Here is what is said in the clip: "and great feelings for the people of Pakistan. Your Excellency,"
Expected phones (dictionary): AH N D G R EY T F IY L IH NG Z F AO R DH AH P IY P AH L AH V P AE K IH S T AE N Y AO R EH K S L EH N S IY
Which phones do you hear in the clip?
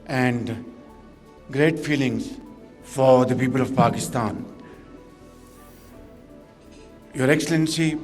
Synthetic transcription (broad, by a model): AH N D G R EY T F IY L IH NG Z F AO R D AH P IY P AH L AH V P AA K IH S T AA N Y AO R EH K S L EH N S IY